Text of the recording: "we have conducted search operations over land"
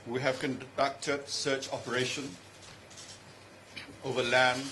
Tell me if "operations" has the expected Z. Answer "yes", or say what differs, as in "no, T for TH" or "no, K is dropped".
no, Z is dropped